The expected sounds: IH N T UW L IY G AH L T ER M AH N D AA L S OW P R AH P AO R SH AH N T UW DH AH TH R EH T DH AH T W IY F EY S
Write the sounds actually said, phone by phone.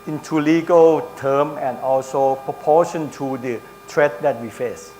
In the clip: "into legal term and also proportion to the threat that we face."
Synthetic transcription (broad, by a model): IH N T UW L IY G AH L T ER M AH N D AA L S OW P R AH P AO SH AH N T UW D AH T R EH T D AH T W IY F EY S